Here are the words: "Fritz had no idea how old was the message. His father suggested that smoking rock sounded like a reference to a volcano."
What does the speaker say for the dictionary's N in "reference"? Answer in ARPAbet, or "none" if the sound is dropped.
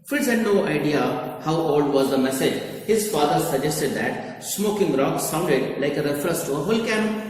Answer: none